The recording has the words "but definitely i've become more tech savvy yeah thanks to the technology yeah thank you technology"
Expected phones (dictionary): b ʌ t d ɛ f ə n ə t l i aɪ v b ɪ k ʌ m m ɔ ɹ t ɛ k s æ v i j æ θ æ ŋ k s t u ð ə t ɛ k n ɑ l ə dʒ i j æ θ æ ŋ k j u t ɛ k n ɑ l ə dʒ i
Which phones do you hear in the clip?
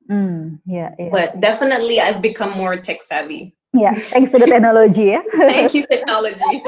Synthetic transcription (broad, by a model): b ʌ t d ɛ f ə n ə t l i aɪ v b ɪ k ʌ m m ɔ ɹ t ɛ k s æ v i j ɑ t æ ŋ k s t u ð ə t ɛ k n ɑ l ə dʒ i j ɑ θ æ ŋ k j u t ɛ k n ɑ l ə dʒ i